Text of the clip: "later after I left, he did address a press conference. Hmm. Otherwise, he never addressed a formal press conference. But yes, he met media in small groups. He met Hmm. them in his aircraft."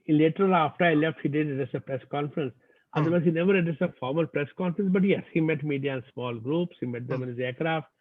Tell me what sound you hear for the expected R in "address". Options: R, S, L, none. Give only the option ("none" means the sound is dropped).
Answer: none